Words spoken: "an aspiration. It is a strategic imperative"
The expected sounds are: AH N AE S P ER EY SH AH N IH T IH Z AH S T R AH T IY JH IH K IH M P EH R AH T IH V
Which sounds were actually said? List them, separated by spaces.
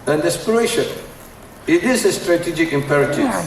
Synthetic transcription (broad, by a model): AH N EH S P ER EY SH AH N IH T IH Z AH S T R AH T IY JH IH K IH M P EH R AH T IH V